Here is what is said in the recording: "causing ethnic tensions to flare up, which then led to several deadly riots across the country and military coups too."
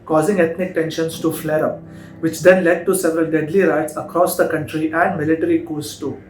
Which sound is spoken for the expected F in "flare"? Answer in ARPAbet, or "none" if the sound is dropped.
F